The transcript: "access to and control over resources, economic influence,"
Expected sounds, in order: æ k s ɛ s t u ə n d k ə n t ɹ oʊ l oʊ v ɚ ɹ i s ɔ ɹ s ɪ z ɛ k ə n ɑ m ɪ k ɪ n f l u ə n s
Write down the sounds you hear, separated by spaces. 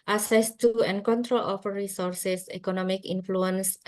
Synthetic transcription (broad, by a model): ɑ s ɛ s t u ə n k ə n t ɹ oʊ l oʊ f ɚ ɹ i s ɔ ɹ s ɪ s ɛ k ə n ɑ m ɪ k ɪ n f l u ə n s